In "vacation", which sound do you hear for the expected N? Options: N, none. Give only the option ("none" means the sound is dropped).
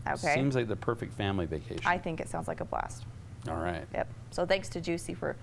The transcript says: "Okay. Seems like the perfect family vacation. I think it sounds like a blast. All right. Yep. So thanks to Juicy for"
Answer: none